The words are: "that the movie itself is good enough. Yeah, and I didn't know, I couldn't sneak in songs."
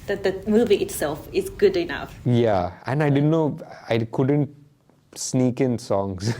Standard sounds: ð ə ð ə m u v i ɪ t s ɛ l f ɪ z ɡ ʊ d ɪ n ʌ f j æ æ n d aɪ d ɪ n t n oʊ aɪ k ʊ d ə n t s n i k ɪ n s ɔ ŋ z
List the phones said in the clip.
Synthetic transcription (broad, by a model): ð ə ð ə m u v i ɪ t s ɛ l f ɪ z ɡ ʊ d ɪ n ʌ f j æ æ n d aɪ d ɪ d n oʊ aɪ k ʊ d ə n t s n i k ɪ n s ɔ ŋ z